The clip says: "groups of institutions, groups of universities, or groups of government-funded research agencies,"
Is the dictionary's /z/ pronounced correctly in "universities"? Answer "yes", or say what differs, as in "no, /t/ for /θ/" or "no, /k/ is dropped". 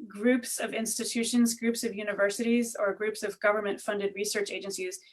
yes